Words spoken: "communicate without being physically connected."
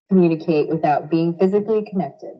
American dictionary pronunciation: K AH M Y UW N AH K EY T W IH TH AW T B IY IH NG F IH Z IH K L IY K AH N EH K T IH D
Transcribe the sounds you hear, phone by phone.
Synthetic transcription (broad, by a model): K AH M Y UW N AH K EY T W IH TH AW T B IY IH NG F IH Z IH K L IY K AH N EH K T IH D